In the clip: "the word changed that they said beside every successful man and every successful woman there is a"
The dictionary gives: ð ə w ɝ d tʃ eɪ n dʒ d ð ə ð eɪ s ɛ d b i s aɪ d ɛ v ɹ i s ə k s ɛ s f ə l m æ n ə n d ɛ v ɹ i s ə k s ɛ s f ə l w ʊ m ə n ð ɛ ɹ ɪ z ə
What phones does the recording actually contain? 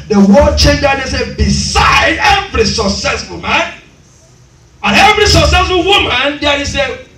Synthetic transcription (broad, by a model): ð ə w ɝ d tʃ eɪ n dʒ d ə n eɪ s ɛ b i s aɪ d ɛ v ɹ i s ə k s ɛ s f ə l m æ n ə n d ɛ v ɹ i s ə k s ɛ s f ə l w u m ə n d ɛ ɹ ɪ s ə